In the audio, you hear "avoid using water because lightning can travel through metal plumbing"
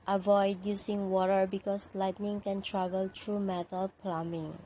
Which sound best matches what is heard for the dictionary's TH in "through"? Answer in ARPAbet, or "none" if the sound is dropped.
T